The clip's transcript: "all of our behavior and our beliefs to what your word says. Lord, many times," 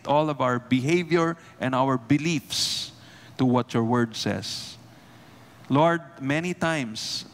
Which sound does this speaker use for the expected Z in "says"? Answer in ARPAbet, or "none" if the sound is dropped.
S